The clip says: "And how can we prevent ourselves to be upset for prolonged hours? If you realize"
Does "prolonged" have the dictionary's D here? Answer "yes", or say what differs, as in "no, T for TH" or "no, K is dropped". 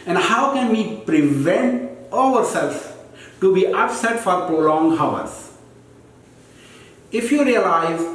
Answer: no, D is dropped